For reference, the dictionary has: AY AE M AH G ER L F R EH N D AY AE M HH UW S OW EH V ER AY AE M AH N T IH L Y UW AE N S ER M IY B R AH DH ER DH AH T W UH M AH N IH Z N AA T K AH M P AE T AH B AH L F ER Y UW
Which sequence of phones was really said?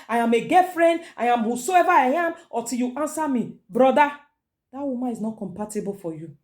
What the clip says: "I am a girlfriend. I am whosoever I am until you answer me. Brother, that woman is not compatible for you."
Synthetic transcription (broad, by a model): AY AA M AH G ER F R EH N D AY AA M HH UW S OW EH V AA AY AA M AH T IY L Y UW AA N S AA M IY B R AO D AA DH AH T W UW M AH N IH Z N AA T K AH M P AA T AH B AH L F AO Y UW